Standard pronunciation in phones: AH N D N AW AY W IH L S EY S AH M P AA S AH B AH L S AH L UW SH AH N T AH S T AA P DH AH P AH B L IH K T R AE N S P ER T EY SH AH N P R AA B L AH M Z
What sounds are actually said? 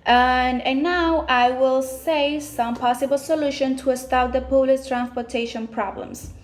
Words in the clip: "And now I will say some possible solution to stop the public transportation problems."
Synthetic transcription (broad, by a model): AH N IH N AW AY W IH L S EY S AH M P AA S AH B AH L S AH L UW SH AH N T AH S T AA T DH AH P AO L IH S T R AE N S P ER T EY SH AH N P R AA B L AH M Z